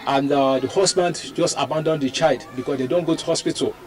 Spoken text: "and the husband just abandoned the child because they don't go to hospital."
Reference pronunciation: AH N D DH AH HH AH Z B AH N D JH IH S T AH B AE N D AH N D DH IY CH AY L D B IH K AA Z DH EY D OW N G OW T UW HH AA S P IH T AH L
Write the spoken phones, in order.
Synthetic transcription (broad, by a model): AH N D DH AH HH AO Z B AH N D JH IH S T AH B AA N D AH N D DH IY CH AY L D B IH K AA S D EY D OW N G OW T UW HH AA S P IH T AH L